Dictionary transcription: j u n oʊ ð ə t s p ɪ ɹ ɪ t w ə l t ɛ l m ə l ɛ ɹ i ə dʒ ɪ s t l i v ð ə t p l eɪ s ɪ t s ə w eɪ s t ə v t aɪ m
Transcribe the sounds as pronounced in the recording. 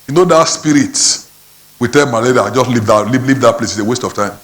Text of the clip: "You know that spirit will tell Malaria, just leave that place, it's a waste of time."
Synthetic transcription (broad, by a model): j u n oʊ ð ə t s p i ɹ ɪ t w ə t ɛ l m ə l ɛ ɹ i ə dʒ ɪ s t l i v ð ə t p l eɪ s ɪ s ə w eɪ s t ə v t aɪ m